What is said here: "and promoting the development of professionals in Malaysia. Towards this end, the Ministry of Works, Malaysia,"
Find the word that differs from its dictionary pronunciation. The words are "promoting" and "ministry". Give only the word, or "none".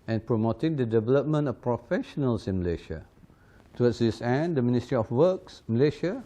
none